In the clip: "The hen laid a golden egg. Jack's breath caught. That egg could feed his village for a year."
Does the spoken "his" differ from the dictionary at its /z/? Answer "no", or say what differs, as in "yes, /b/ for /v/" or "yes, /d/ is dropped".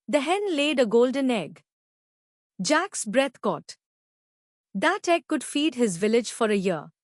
no